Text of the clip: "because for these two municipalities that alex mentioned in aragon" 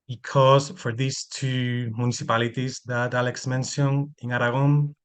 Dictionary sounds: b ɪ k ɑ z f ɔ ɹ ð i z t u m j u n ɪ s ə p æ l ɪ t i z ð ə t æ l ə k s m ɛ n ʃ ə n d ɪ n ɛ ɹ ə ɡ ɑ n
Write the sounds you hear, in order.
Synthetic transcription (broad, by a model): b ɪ k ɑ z f ɔ ɹ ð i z t u m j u n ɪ s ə p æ l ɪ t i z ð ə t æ l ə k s m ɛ n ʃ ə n ɪ n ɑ ɹ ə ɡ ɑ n